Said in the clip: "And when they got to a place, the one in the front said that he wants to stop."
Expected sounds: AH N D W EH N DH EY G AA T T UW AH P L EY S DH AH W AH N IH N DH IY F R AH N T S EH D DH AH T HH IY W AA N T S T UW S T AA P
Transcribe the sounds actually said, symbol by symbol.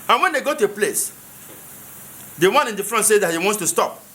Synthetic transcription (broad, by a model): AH N W EH N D EY G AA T T UW AH P L EY S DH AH W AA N IH N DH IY F R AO N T S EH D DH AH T HH IY W AA N T S T UW S T AA P